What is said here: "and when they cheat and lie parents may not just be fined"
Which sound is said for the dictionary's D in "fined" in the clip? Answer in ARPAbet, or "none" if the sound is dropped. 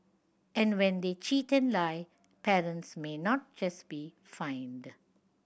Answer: D